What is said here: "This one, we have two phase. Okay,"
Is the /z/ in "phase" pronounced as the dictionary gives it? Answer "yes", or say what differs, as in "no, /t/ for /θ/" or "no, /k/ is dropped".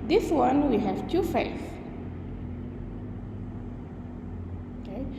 no, /z/ is dropped